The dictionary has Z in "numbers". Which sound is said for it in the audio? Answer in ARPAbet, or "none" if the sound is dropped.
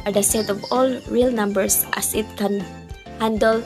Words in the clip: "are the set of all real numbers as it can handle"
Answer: S